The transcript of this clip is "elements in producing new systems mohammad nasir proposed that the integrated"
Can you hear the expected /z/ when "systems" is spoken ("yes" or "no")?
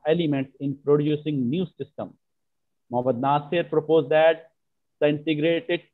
no